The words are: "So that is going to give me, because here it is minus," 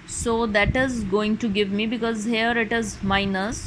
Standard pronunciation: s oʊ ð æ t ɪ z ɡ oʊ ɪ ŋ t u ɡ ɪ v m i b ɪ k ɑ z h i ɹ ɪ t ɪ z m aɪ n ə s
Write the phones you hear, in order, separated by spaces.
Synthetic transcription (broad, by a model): s oʊ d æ t ɪ z ɡ oʊ ɪ ŋ t u ɡ ɪ v m i b ɪ k ɑ z h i ɹ ɪ t ɪ z m aɪ n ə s